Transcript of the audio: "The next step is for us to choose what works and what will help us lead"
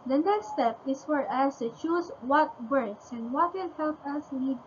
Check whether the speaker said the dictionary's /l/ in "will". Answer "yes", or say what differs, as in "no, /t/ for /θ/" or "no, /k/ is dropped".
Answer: no, /n/ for /l/